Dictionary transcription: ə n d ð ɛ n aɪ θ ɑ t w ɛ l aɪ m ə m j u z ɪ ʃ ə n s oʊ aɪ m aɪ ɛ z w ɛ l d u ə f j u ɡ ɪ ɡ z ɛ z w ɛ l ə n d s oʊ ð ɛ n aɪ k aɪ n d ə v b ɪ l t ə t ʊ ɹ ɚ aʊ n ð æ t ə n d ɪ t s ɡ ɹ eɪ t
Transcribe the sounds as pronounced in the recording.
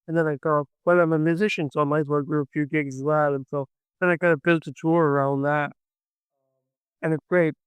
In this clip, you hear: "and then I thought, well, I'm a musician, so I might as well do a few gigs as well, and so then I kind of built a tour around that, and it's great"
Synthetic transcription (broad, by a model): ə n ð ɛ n aɪ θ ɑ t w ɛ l aɪ m ə m j u z ɪ ʃ ə n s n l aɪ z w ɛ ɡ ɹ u ə f j u ɡ ɪ ɡ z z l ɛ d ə n s oʊ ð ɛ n aɪ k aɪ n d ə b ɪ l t ə t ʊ ɹ ɚ aʊ n ð æ t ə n ɪ t s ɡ ɹ eɪ t